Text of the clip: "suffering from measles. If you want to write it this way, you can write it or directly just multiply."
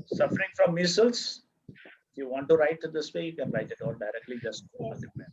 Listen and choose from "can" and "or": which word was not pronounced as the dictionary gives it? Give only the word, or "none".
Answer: or